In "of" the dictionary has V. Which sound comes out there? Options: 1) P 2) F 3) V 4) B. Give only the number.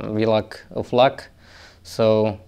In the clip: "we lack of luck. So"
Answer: 2